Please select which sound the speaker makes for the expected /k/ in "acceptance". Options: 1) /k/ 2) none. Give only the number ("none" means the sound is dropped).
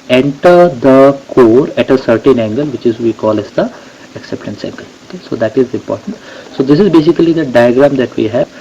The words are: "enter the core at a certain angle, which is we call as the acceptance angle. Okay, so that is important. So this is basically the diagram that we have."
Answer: 1